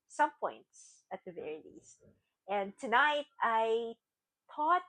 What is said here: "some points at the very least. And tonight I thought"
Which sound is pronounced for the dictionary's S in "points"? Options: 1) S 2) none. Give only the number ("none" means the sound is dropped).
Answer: 1